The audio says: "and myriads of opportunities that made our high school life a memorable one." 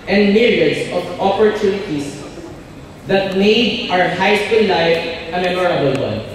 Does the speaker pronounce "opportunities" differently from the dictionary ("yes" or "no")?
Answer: yes